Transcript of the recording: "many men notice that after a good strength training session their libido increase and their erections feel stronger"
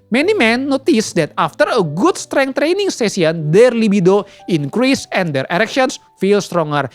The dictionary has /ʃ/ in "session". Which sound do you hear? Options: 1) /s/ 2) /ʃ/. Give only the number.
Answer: 1